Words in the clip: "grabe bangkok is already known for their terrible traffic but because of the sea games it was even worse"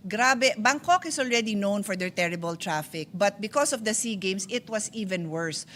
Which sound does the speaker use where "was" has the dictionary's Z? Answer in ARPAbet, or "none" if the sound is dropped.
S